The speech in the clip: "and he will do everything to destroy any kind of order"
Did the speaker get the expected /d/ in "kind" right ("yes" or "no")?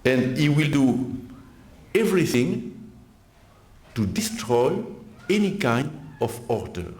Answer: yes